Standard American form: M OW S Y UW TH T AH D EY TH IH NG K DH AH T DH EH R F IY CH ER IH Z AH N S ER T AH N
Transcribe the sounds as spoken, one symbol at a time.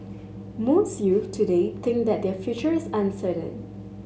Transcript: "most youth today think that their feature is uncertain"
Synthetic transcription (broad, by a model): M OW S Y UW T AH D EY T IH NG K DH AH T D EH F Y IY CH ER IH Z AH N S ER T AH N